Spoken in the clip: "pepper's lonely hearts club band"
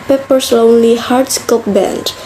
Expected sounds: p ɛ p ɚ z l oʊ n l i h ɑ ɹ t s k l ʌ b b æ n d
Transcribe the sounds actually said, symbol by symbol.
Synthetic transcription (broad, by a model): p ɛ p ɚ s l oʊ n l i h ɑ ɹ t s k ʌ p b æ n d